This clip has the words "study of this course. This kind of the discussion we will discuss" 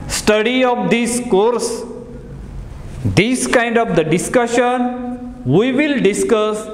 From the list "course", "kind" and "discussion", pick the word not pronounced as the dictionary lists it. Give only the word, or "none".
none